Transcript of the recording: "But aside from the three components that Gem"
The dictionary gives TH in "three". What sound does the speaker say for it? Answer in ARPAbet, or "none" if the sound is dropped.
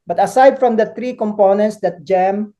T